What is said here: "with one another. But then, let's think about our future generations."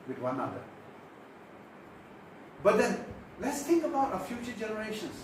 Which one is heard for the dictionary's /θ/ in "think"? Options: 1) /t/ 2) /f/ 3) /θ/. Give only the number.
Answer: 1